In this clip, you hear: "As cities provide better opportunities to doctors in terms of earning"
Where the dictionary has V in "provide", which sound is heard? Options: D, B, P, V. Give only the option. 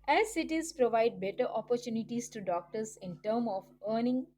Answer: V